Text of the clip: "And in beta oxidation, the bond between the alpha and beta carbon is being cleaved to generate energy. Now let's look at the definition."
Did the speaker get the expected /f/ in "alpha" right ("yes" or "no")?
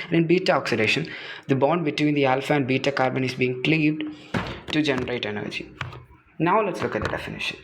yes